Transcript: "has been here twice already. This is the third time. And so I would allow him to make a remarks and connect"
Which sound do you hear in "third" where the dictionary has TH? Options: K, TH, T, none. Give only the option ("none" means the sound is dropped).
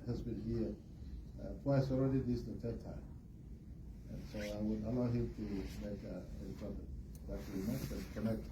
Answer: T